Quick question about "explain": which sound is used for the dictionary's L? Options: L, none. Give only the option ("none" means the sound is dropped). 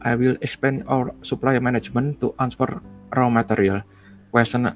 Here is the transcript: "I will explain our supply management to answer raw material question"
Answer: none